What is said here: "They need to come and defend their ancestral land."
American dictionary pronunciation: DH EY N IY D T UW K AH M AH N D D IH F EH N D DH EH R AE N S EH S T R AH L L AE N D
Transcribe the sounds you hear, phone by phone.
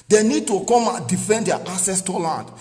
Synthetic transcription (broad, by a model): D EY N IY D T UW K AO M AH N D D IH F EH N D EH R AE S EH S T AH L L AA N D